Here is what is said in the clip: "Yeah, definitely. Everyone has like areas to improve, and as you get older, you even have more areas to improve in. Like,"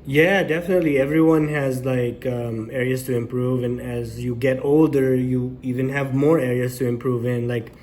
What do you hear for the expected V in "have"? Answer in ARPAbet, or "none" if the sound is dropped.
V